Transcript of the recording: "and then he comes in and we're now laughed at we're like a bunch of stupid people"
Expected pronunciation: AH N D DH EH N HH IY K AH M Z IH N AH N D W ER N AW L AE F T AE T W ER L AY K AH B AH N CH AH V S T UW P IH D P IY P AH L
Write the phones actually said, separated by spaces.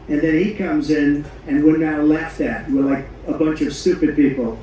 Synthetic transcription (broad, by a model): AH N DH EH N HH IY K AH M Z IH N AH N W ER N AW L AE F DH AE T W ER L AY K AH B AH N CH AH V S T UW P IH D P IY P L